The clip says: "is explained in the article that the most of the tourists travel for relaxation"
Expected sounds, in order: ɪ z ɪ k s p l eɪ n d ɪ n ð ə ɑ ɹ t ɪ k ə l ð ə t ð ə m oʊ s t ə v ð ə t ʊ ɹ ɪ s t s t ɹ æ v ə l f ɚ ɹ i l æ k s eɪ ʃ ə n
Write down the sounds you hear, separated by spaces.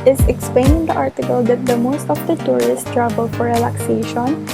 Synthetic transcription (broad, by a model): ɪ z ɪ k s p l eɪ n ɪ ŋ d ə ɑ ɹ t ɪ k ə l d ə t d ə m oʊ s t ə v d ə t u ɹ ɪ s s t ɹ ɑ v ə l f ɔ ɹ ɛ l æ k s eɪ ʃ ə n